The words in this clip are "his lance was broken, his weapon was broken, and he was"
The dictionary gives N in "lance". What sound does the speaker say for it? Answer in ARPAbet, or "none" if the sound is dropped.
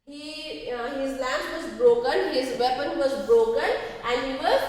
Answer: none